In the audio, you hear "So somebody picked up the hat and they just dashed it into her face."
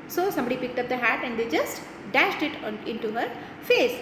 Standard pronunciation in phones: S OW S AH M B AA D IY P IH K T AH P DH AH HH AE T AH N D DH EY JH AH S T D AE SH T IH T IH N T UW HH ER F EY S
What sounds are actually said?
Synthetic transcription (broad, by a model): S OW S AH M B AA D IY P IH K T AH P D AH HH AE T AH N D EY JH AH S T D AE SH T IH T IH N T UW HH ER F EY S